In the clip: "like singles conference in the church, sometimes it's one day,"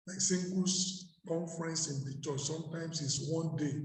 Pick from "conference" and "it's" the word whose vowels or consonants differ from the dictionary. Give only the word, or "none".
none